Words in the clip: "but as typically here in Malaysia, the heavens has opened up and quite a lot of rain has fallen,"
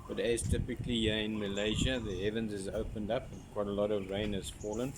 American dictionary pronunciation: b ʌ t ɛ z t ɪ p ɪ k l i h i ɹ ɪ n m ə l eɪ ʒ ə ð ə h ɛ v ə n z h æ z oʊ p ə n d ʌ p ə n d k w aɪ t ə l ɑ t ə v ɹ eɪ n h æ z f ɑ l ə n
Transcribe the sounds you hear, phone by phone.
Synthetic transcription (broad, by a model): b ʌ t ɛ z t ɪ p ɪ k l i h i ɪ n m ə l eɪ ʒ ə ð ə h ɛ v ə n z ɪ z oʊ p ə n d ʌ p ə n k w aɪ t ə l ɑ t ə v ɹ eɪ n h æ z f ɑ l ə n